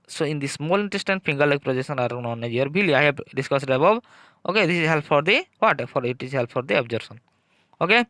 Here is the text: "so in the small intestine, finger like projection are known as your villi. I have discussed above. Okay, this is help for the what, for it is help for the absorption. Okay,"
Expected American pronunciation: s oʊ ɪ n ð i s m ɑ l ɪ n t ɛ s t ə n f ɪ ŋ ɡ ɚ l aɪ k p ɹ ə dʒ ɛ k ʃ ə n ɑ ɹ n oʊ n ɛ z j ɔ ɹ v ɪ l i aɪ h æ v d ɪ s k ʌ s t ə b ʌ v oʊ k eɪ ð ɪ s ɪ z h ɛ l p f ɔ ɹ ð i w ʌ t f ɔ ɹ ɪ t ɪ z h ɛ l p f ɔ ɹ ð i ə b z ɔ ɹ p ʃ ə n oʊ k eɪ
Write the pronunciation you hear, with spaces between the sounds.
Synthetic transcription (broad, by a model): s oʊ ɪ n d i s m ɑ l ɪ n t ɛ s t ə n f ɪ ŋ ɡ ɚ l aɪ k p ɹ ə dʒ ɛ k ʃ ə n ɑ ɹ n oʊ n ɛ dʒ j ɔ ɹ b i l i aɪ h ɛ b d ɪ s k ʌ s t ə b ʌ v oʊ k eɪ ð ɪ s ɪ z h ɛ l p f ɔ ɹ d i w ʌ t f ɔ ɹ ɪ t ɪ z h ɛ l p f ɔ ɹ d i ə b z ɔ ɹ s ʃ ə n oʊ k eɪ